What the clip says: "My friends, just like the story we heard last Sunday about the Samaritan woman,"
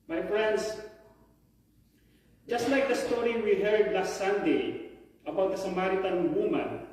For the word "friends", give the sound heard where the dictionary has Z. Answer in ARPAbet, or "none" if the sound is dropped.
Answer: S